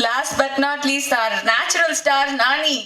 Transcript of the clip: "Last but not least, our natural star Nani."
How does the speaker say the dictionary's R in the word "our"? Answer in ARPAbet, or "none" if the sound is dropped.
R